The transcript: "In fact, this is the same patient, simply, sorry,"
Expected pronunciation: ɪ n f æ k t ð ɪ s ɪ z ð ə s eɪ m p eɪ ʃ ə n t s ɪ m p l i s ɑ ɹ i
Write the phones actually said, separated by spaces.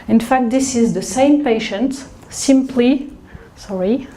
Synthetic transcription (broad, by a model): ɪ n f æ k t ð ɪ s ɪ z ð ə s eɪ m p eɪ ʃ ə n t s ɪ m p l i s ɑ ɹ i